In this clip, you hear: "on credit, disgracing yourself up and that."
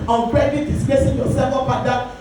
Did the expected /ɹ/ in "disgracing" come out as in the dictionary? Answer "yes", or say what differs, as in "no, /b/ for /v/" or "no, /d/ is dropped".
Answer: no, /ɹ/ is dropped